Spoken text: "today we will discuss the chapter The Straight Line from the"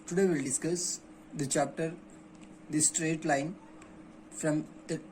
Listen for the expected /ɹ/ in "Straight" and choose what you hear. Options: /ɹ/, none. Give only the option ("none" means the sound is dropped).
/ɹ/